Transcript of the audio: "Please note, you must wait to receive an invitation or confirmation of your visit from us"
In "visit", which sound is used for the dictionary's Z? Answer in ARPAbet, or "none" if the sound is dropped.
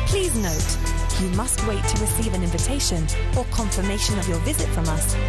Z